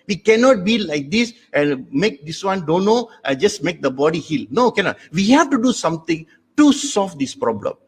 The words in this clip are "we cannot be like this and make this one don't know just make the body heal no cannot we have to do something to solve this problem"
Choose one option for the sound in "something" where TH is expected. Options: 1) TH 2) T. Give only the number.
2